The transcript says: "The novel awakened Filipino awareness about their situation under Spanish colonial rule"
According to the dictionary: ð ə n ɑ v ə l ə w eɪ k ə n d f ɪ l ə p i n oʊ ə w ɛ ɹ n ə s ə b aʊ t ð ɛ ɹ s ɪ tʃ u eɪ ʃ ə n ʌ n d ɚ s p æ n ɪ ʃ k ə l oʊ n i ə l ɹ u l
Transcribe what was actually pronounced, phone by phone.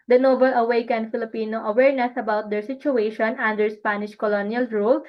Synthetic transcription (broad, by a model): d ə n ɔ b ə l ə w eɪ k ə n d f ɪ l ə p i n oʊ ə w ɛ ɹ n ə s ə b aʊ t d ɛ ɹ s ɪ tʃ u eɪ ʃ ə n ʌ n d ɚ s p æ n ɪ ʃ k ə l oʊ n i ə l ɹ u l